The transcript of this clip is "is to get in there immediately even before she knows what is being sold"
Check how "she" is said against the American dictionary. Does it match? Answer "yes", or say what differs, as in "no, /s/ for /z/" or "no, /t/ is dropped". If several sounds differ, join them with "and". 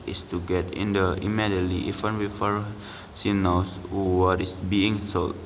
no, /s/ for /ʃ/